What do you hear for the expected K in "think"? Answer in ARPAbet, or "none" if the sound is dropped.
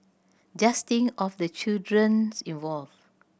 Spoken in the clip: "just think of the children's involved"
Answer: none